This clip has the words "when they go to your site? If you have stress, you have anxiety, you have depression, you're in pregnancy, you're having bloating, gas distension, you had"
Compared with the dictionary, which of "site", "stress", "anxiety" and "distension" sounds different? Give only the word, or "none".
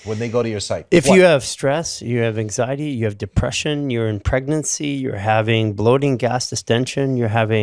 none